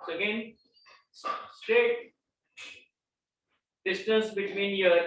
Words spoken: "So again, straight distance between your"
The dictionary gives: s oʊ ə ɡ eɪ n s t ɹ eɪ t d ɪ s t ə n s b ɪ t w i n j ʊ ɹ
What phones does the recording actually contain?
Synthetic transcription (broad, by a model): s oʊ ə ɡ eɪ n s t ɹ eɪ t d ɪ s t ə n s b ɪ t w i n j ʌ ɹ